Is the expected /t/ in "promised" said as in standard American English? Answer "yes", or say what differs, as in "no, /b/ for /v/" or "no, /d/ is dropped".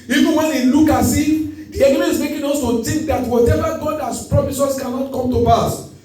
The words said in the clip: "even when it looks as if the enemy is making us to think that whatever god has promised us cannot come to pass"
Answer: no, /t/ is dropped